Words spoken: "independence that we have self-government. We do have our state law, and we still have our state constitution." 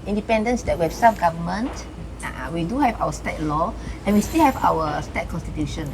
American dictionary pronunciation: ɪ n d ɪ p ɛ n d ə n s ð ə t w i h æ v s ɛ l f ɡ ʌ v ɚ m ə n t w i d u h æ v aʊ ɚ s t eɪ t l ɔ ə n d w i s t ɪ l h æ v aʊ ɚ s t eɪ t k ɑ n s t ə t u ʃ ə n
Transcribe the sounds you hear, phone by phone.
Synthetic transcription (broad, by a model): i n d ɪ p ɛ n d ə n s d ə t w i h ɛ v s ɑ f ɡ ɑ v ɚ m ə n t w i d u h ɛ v aʊ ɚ s t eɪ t l ɔ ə n w i s t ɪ l h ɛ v aʊ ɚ s t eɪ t k ɑ n s t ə t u ʃ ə n